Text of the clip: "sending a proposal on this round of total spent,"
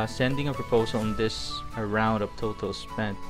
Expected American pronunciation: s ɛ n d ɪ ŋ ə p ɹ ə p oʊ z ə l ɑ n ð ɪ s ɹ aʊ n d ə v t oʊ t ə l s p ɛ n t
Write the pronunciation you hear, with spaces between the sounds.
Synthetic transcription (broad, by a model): s ɛ n d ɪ ŋ ə p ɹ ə p oʊ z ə l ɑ n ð ɪ s ɹ aʊ n d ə p t oʊ t ə l s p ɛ n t